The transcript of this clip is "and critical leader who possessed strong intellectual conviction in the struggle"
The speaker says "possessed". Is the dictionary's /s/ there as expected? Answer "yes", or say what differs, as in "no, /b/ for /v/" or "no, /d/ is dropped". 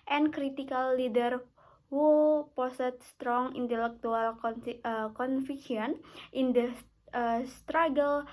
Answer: no, /s/ is dropped